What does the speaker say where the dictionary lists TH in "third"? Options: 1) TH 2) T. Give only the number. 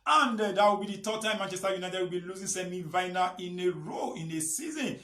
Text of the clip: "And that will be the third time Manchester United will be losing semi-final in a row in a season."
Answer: 2